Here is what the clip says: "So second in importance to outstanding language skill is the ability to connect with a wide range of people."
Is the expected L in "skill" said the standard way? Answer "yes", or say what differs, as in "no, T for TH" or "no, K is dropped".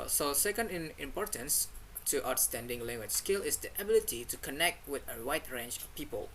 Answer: yes